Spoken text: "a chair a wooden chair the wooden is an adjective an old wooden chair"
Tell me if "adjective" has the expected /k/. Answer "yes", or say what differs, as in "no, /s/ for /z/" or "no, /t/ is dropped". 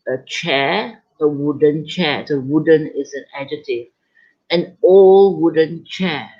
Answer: no, /k/ is dropped